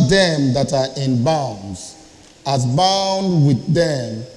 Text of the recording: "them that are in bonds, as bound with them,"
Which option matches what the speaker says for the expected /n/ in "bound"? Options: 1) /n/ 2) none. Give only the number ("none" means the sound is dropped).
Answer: 1